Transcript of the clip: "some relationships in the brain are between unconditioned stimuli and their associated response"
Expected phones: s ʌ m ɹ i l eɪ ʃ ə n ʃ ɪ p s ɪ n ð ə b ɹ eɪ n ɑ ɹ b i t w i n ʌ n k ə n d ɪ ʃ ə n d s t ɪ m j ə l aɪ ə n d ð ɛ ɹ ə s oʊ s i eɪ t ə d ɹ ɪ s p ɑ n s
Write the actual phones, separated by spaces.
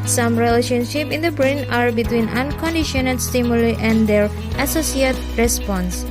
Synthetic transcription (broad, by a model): s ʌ m ɹ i l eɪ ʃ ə n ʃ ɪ p ɪ n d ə b ɹ eɪ n ɑ ɹ b i t w i n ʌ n k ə n d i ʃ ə n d s t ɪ m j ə l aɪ ə n d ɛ ɹ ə s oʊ s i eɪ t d ɹ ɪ s p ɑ n s